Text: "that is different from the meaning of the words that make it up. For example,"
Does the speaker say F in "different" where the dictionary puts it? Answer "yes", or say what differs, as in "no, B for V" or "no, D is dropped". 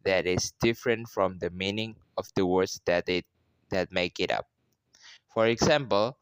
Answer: yes